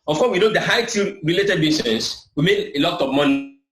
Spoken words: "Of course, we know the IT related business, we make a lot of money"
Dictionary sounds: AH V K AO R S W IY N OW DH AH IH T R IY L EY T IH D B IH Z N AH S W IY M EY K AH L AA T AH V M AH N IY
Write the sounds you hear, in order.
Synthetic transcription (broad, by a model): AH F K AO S W IY N OW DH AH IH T R IY L EY T IH D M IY S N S W IY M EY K AH L AA T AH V M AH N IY